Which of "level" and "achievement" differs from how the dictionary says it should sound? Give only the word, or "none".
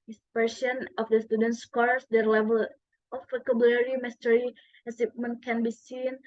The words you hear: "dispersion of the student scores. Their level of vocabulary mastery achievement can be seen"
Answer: achievement